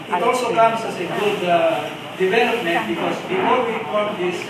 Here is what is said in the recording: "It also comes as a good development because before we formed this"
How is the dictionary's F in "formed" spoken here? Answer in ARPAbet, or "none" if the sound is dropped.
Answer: P